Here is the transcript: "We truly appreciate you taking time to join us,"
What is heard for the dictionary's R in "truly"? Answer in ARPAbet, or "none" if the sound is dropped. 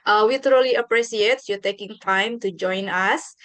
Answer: R